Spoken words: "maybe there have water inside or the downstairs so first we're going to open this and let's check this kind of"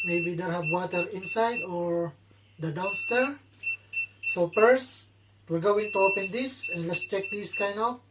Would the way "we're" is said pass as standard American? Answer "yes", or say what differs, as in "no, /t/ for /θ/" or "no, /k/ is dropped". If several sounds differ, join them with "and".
yes